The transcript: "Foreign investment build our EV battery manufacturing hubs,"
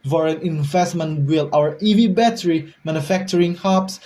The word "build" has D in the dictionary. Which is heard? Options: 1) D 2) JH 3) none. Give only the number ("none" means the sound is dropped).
3